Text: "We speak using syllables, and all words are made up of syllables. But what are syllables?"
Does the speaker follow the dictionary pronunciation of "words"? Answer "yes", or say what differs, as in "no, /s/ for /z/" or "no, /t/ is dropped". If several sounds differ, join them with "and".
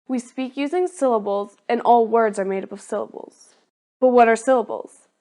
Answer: yes